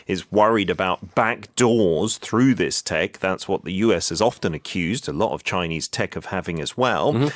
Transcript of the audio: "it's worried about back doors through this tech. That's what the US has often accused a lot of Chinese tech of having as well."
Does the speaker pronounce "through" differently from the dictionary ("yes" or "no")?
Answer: no